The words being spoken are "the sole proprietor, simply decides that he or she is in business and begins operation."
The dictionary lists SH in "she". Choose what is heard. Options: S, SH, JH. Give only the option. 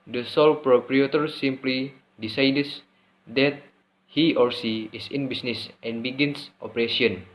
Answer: S